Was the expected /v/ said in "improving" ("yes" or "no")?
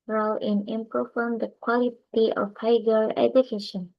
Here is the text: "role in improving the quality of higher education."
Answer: no